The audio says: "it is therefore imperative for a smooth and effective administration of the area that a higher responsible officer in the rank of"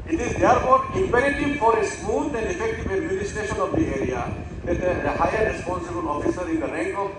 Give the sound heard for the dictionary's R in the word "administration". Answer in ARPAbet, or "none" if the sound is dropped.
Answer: none